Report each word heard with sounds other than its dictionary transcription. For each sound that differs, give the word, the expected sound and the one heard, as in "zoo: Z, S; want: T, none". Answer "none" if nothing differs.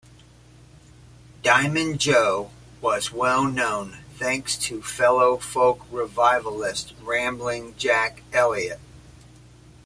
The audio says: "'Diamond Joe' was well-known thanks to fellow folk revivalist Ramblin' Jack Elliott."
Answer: none